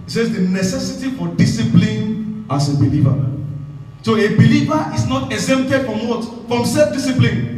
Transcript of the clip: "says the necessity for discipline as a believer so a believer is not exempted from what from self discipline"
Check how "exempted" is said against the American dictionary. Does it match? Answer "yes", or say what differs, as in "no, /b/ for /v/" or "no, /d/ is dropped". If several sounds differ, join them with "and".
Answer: no, /p/ is dropped